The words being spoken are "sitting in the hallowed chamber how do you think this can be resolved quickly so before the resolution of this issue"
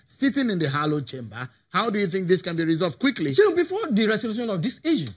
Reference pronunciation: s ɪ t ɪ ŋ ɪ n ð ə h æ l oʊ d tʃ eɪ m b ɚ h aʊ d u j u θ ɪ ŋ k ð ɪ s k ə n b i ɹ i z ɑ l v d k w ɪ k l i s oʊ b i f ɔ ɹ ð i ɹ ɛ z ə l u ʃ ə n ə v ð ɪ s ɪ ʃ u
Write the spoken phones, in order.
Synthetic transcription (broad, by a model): s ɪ t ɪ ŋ ɪ n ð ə h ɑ l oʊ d tʃ eɪ m b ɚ h aʊ d u j u θ ɪ ŋ k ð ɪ s k ə n b i ɹ i z ɑ l v d k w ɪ k l i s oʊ b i f ɔ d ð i ɹ ɛ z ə l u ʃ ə n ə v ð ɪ s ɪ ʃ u